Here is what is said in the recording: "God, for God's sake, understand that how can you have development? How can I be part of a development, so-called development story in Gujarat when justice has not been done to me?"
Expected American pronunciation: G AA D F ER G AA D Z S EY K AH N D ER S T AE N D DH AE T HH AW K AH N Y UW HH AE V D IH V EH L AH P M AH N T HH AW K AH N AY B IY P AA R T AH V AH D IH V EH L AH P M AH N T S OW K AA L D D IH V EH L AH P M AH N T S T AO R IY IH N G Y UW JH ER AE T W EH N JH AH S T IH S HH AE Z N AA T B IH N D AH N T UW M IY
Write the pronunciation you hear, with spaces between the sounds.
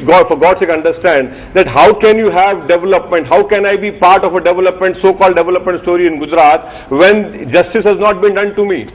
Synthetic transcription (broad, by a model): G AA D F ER G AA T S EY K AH N D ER S T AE N D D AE T HH AW K AH N Y UW HH AE V D IH V EH L AH P M AH N T HH AW K AH N AY B IY P AA R T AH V AH D IH V EH L AH P M AH N T S OW K AA L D D IH V EH L AH P M AH N T S T AO R IY IH N G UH JH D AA T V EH N JH AH S T IH S HH AE Z N AA T B IH N D AH N T UW M IY